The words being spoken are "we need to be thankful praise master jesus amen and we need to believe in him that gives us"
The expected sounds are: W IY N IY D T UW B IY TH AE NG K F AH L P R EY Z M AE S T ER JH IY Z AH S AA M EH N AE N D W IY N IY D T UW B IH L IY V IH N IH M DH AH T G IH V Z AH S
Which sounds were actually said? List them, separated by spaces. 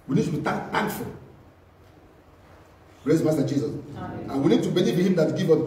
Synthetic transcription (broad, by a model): W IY N IY D T UW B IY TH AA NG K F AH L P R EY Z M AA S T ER JH IY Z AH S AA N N W IY N IY D T UW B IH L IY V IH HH IH M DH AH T G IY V AH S